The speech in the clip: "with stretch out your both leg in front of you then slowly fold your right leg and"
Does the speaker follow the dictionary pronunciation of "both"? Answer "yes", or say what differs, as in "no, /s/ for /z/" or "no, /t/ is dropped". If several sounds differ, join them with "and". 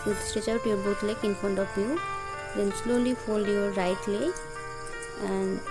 no, /t/ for /θ/